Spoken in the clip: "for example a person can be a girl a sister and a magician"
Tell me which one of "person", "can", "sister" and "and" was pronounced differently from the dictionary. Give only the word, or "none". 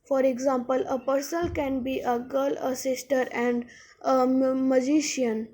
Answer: person